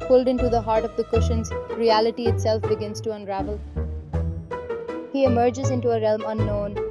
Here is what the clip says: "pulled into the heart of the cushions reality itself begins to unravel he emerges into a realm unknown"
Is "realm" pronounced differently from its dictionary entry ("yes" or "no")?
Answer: no